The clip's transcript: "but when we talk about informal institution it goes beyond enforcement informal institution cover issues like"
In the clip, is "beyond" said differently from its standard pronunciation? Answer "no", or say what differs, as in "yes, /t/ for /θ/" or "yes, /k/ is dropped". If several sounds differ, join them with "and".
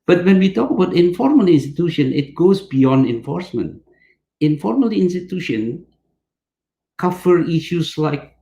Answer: no